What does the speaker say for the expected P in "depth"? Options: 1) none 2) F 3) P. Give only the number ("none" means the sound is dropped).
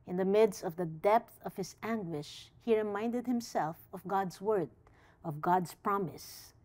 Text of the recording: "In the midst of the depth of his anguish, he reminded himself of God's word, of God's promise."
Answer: 3